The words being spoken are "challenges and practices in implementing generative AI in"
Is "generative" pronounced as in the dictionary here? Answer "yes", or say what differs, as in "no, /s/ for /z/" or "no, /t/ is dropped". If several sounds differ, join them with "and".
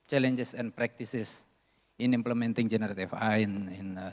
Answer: no, /f/ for /v/